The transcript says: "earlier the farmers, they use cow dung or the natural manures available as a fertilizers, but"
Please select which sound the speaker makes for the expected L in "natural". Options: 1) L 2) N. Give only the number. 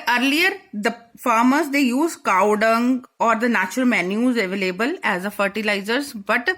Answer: 1